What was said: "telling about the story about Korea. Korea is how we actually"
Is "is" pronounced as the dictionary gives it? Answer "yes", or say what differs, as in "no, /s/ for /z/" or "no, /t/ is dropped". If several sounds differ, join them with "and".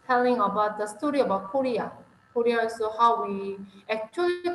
no, /s/ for /z/